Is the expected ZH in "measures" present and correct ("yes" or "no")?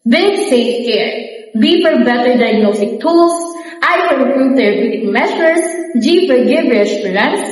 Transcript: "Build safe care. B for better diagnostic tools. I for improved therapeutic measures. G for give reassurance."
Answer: no